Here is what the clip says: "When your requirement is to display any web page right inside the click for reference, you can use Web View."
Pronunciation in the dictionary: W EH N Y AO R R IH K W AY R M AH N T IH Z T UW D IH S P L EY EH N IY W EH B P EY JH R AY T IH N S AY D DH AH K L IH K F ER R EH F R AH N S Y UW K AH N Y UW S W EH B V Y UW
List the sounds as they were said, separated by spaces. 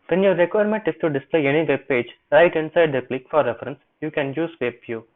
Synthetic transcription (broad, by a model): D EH N Y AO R R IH K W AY R M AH N T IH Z T UW D IH S P L EY EH N IY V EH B P EY JH R AY T IH N S AY D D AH K L IH K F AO R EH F R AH N S Y UW K AH N Y UW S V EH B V Y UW